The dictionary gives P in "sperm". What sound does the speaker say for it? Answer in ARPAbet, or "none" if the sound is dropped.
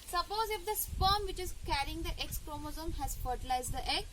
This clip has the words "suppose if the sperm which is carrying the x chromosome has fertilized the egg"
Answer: F